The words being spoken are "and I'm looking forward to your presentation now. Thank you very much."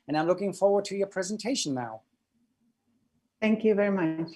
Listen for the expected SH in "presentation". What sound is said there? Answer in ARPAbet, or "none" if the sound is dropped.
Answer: none